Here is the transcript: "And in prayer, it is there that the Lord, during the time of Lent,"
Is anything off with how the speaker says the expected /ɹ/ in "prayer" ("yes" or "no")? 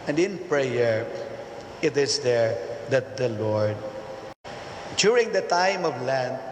no